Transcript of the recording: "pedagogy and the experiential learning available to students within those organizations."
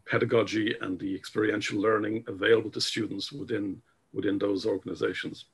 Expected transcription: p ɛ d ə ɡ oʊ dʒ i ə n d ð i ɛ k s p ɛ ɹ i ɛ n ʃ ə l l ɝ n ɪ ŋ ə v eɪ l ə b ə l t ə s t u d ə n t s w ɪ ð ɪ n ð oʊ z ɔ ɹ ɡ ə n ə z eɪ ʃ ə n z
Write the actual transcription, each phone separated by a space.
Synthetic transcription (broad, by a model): p ɛ d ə ɡ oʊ dʒ i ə n ð i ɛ k s p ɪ ɹ i ɛ n ʃ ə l l ɝ n ɪ ŋ ə v eɪ l ə b ə l t ə s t u d n t s w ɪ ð ɪ n ð oʊ z ɔ ɹ ɡ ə n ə z eɪ ʃ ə n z